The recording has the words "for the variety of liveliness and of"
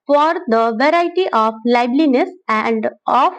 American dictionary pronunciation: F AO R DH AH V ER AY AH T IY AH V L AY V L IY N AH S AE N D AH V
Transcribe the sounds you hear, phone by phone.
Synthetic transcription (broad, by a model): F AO R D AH V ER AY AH T IY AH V L AY B L IY N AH S AE N D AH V